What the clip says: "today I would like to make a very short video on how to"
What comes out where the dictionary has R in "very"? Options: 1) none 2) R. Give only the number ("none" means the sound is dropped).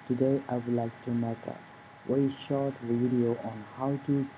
1